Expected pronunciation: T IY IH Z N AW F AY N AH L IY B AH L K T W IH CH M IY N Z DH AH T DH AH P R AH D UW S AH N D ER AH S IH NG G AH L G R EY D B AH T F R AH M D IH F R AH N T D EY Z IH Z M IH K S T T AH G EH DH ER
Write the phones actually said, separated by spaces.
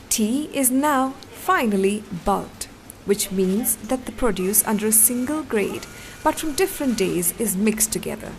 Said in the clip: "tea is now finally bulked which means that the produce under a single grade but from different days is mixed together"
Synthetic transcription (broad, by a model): T IY IH Z N AW F AY N AH L IY B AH L T W IH CH M IY N Z DH AH T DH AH P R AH D UW S AH N D ER AH S IH NG G AH L G R EY D B AH T F R AH M D IH F R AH N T D EY Z IH Z M IH K S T T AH G EH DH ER